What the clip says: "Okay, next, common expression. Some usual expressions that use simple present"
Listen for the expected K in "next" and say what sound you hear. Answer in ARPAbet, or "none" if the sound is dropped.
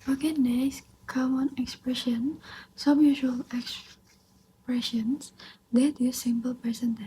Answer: none